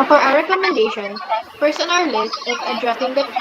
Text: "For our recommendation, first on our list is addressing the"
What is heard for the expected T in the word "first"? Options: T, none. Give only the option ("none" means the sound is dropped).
none